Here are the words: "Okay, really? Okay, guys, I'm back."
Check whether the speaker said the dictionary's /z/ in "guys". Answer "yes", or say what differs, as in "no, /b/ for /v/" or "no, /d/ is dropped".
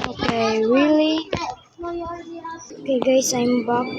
no, /s/ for /z/